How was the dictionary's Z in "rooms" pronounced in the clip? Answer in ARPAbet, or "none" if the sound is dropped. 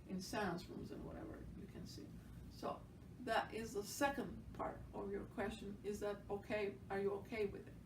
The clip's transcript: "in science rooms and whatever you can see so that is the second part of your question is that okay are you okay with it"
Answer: Z